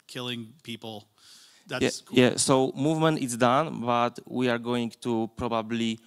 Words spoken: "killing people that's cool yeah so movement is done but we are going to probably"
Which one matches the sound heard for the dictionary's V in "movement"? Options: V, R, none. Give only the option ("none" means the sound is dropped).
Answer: V